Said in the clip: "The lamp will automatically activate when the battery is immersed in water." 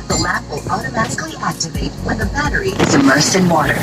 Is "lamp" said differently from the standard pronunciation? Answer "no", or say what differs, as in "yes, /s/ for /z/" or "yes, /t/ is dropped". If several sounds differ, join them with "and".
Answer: yes, /m/ is dropped